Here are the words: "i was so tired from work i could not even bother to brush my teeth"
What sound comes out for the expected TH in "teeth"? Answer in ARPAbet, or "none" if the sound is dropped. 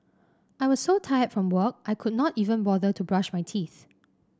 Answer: TH